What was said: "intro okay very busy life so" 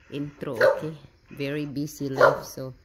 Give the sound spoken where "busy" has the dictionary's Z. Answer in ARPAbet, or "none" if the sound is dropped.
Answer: S